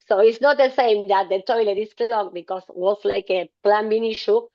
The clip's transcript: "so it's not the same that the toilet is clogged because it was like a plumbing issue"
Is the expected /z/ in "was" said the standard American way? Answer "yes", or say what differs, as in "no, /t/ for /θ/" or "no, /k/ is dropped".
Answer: no, /s/ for /z/